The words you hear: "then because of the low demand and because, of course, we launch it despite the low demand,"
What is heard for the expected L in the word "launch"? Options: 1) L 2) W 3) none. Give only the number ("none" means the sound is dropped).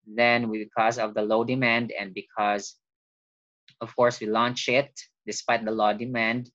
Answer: 1